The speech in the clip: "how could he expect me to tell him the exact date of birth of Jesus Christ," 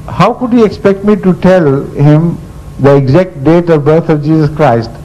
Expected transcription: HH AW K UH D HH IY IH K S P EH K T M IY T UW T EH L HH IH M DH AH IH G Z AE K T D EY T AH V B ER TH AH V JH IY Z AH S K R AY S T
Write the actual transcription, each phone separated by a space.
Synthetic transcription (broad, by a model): HH AW K UH D HH IY IH K S P EH K T M IY T UW T EH L HH IH M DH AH IH G Z AE K T D EY T AH V B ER T AH V JH IY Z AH S K R AY S T